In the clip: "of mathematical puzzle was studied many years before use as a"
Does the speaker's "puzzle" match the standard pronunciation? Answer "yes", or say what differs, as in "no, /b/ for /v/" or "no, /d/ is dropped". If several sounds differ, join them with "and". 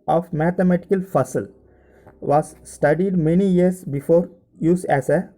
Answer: no, /f/ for /p/ and /s/ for /z/